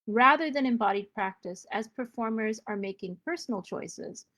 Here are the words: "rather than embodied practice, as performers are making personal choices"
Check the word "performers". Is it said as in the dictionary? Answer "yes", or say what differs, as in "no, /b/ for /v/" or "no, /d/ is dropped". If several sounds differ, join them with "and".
yes